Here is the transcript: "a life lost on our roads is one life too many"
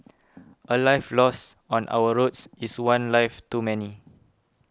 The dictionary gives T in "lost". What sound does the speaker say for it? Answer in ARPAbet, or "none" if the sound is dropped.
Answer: none